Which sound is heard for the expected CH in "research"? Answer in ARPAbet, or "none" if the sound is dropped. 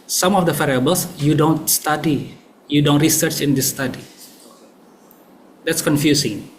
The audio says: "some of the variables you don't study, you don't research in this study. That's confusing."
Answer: CH